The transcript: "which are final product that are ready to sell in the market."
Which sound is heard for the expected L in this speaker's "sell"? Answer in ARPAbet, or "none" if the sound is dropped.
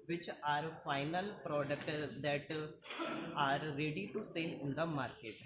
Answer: N